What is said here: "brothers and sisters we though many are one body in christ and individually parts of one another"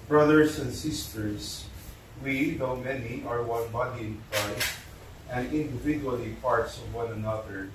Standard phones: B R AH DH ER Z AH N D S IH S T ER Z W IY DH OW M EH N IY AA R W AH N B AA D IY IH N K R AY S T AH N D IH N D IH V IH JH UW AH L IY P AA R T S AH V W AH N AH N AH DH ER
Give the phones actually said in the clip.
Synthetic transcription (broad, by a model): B R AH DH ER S AH N D S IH S T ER S W IY DH OW M EH N IY AA R W AH N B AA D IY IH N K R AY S T AH N D IH N D IH V IH JH UW AH L IY P AA R T S AH V W AH N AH N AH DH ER